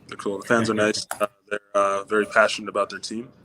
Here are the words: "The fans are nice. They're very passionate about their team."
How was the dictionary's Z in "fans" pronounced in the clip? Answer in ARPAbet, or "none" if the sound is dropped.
Z